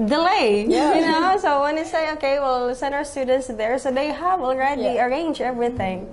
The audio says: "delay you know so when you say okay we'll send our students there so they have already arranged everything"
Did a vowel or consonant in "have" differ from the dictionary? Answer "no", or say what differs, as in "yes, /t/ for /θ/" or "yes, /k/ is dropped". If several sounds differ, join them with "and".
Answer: yes, /w/ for /v/